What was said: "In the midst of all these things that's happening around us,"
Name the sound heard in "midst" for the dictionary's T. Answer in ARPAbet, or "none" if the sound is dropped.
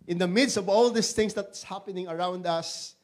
T